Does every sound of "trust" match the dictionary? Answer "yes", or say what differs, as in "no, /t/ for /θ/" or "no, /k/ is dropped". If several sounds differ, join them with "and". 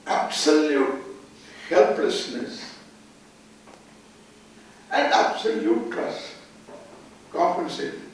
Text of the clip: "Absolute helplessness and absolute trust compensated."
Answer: no, /ɹ/ is dropped